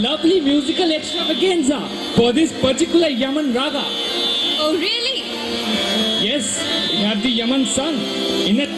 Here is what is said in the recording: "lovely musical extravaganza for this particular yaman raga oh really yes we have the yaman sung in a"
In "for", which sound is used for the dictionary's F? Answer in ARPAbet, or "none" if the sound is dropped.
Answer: P